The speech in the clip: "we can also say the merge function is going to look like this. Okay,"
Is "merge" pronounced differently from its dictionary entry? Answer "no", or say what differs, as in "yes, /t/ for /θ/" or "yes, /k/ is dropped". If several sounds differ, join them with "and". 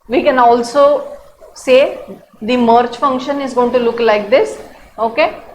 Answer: yes, /tʃ/ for /dʒ/